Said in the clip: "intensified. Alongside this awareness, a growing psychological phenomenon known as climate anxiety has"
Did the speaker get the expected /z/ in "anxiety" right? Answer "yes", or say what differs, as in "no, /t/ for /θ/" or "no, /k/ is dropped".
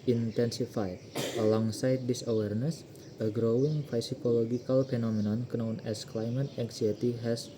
no, /s/ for /z/